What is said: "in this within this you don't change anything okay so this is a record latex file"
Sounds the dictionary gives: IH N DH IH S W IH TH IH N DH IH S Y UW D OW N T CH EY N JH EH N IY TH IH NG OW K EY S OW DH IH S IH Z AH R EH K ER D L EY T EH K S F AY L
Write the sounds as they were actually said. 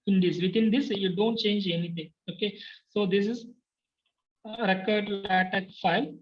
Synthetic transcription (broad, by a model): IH N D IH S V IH T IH N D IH S Y UW D OW N T CH EY N JH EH N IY T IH NG OW K EY S OW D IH S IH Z R EH K ER D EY T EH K F AY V